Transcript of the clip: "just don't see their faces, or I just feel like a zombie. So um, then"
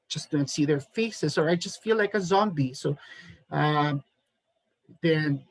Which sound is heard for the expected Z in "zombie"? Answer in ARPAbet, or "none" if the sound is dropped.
Z